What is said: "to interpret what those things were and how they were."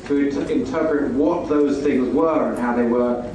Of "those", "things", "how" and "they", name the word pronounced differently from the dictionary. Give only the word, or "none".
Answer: none